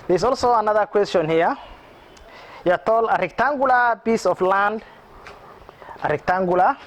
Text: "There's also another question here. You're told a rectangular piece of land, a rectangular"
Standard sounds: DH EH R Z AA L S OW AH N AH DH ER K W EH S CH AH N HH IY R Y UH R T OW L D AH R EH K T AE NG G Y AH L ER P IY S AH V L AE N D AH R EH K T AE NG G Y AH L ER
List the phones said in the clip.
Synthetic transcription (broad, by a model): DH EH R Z AA L S OW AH N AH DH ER K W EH S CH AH N HH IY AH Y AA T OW L AH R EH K T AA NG G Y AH L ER B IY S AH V L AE N D AH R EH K T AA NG G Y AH L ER